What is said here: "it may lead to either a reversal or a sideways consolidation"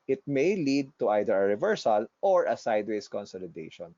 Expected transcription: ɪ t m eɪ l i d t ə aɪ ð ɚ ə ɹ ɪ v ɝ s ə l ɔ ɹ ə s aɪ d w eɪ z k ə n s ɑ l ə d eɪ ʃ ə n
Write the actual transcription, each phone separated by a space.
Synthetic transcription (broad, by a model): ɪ t m eɪ l i d t ə aɪ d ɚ ə ɹ ɪ v ɝ s ə l ɔ ɹ ə s aɪ d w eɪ s k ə n s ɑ l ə d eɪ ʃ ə n